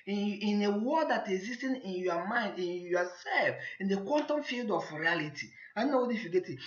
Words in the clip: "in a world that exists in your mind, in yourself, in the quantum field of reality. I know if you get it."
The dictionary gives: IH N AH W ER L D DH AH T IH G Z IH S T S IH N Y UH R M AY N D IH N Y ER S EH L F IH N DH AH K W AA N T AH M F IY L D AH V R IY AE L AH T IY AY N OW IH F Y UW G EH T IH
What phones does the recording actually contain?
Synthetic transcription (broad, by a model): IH N AH W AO D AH T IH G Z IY S T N IH N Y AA M AY N D IH N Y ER S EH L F IH N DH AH K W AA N T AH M F IY L D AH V R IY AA L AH T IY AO N OW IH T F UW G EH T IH